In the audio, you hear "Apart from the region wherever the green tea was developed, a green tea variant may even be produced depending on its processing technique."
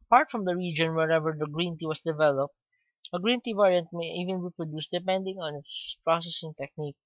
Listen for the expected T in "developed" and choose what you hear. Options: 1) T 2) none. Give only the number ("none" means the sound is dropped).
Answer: 1